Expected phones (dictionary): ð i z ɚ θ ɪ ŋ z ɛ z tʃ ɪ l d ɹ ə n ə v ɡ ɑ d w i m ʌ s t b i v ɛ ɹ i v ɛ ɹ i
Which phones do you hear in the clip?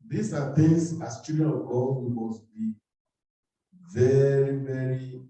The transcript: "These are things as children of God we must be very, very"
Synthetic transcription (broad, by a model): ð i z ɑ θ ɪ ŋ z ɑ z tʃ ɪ d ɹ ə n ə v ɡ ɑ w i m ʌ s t b i v ɛ ɹ i v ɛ ɹ i